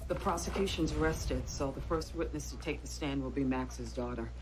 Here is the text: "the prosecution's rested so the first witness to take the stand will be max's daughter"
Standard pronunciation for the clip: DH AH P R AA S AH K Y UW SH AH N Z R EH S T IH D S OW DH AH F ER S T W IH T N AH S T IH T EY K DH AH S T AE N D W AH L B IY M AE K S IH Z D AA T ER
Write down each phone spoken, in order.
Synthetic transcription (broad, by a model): DH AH P R AA S AH K Y UW SH AH N Z R EH S T IH D S OW DH AH F ER S T W IH T N AH S T IH T EY K DH AH S T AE N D W AH L B IY M AE K S IH Z D AA T ER